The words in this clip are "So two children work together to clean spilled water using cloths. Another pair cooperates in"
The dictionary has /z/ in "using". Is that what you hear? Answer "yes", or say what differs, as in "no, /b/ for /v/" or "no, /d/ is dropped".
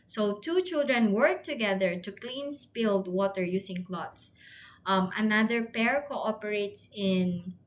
no, /s/ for /z/